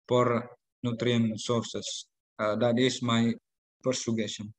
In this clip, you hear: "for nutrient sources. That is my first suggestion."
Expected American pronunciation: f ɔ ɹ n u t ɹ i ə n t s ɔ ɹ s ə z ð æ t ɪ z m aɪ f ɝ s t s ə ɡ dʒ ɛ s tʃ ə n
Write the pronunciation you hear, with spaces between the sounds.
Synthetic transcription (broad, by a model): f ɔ ɹ n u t ɹ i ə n s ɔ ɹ s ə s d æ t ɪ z m aɪ p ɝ t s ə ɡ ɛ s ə n